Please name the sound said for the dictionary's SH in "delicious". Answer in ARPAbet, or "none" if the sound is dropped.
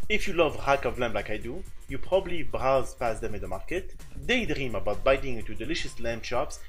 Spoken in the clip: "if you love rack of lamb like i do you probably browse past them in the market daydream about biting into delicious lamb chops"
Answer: SH